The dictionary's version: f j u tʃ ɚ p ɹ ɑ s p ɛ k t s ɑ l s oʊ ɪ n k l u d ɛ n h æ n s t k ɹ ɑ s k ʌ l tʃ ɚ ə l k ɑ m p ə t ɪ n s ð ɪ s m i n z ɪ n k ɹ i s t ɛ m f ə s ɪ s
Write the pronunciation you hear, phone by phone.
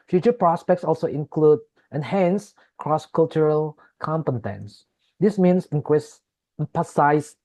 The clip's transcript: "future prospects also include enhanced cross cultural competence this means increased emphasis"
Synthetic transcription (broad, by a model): f j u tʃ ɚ p ɹ ɑ s p ɛ k t s ɑ l s oʊ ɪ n k l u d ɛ n h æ n s k ɹ ɑ s k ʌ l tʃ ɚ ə l k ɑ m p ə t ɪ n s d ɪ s m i n s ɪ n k i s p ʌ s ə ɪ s